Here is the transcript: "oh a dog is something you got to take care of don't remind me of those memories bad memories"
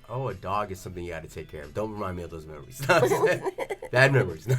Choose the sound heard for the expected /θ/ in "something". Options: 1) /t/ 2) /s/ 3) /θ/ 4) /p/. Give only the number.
3